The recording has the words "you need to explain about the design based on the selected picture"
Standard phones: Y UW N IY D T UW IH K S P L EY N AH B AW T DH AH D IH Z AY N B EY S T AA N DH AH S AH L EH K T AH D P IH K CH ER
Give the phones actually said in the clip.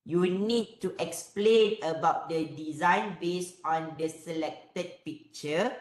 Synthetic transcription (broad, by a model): Y UW N IY D T UW IH K S P L EY N AH B AW T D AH D IH Z AY N B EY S AA N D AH S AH L EH K T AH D P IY K CH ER